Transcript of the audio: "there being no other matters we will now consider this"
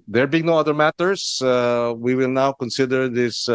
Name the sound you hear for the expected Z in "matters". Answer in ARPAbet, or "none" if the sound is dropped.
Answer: S